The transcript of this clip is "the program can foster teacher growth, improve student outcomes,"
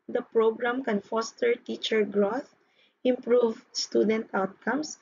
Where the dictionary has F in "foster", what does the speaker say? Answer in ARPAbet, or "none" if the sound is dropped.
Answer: F